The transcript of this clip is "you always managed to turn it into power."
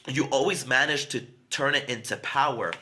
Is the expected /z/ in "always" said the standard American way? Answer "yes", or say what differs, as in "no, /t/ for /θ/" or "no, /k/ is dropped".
yes